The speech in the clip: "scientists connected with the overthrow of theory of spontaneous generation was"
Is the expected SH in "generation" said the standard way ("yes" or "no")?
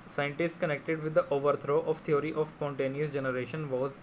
yes